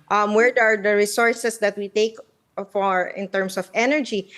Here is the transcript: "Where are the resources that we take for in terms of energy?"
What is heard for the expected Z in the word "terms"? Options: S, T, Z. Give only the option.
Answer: S